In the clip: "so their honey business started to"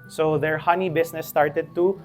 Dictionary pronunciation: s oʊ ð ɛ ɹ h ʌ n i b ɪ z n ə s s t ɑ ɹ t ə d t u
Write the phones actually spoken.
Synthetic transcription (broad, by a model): s oʊ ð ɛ ɹ h ʌ n i b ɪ s n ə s s t ɑ ɹ t ə d t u